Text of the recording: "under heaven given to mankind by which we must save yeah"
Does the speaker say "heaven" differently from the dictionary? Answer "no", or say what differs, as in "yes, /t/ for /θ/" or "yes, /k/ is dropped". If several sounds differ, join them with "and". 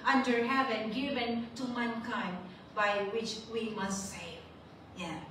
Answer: no